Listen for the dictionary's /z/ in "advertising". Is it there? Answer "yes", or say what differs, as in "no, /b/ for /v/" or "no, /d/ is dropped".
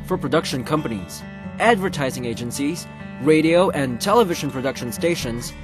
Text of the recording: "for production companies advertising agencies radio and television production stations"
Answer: yes